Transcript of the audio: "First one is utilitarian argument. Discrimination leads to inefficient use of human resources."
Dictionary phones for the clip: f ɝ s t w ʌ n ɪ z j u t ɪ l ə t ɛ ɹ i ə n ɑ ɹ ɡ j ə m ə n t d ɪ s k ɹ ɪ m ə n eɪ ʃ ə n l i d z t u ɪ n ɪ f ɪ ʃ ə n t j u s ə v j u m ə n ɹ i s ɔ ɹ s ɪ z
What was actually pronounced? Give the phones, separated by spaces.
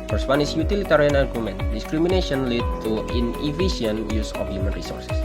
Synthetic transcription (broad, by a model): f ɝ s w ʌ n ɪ s j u t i l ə t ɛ ɹ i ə n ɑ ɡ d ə m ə n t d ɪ s k ɹ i m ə n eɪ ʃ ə n l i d t u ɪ n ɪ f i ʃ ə n j u s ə f j u m ə n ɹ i s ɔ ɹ s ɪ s